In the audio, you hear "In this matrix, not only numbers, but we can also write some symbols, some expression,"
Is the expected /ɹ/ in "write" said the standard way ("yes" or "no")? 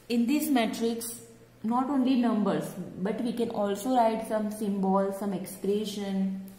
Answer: yes